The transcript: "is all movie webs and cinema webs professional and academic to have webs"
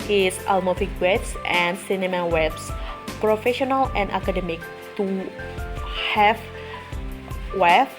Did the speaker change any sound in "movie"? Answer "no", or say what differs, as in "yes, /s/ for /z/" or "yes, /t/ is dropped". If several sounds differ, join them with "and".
yes, /f/ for /v/